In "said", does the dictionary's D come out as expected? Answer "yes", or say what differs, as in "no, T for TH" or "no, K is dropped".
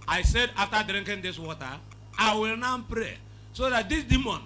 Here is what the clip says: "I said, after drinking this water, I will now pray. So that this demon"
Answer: yes